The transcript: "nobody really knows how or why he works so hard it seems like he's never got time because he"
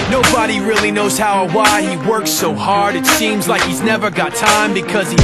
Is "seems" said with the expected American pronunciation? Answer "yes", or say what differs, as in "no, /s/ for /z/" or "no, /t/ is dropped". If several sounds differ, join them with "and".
yes